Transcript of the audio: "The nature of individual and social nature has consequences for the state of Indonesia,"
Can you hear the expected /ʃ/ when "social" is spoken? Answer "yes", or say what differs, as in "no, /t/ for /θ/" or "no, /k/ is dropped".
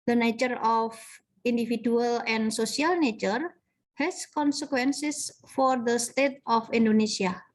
no, /s/ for /ʃ/